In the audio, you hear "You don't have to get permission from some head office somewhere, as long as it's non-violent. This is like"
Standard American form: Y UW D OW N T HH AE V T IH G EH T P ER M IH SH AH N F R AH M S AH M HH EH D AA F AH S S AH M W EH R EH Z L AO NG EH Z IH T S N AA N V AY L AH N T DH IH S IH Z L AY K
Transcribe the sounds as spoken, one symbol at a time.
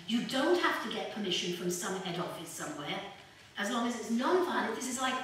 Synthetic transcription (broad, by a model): Y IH D OW N T HH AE F T IH G EH T P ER M IH SH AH N F R AH M S AH M HH EH D AA F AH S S AH M W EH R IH Z L AO NG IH Z IH T S N AA N F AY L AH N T DH IH S IH Z L AY K